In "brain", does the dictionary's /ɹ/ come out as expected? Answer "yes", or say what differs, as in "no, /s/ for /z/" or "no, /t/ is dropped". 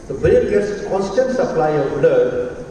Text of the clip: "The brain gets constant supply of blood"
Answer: no, /ɹ/ is dropped